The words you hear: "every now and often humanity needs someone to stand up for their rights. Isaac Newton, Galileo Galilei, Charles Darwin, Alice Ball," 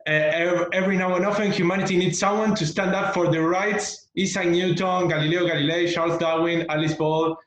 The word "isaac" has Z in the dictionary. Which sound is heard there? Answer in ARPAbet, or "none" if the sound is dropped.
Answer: S